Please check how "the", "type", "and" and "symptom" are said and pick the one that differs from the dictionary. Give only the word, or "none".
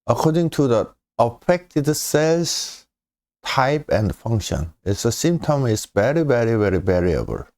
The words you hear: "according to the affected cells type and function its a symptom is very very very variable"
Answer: symptom